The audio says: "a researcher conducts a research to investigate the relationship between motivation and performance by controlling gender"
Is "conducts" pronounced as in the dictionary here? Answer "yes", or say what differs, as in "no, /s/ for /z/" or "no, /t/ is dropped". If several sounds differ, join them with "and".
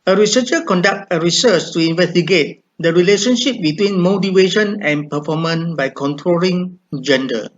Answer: no, /s/ is dropped